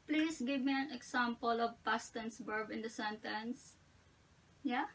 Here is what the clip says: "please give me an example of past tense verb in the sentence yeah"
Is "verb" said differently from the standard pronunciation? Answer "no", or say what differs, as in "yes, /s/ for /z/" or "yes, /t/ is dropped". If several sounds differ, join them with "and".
yes, /b/ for /v/